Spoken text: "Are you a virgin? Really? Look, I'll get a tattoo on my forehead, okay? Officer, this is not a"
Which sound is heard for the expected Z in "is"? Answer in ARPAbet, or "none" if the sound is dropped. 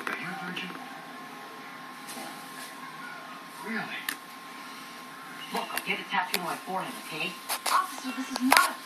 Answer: Z